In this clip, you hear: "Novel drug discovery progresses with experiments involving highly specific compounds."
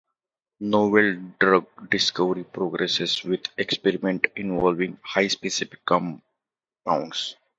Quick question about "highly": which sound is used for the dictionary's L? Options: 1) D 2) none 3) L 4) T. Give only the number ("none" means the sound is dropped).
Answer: 2